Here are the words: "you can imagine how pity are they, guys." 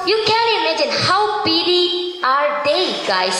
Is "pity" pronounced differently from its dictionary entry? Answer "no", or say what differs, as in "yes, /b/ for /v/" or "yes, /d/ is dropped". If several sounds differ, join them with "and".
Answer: yes, /b/ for /p/